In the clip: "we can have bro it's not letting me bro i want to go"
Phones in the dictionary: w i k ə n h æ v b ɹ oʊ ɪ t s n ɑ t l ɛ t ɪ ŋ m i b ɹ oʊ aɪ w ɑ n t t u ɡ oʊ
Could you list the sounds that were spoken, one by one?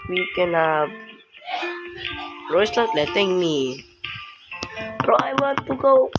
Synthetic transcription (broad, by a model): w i k ə n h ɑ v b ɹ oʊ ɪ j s l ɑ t l ɛ t ɪ ŋ m i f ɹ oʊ aɪ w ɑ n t t u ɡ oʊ